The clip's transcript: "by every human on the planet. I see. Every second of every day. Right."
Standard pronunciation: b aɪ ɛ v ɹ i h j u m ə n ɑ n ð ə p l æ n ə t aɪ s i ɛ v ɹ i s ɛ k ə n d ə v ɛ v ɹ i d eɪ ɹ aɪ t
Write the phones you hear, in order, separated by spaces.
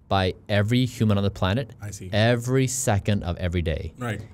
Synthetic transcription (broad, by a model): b aɪ ɛ v ɹ i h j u m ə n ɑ n ð ə p l æ n ə t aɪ s i ɛ v ɹ i s ɛ k ə n d ə v ɛ v ɹ i d eɪ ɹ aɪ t